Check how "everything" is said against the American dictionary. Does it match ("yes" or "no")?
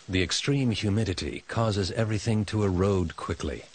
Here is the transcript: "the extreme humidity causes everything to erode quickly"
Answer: yes